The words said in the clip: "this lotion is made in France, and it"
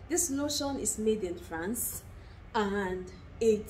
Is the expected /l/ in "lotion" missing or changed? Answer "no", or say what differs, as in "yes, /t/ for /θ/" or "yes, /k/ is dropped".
yes, /n/ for /l/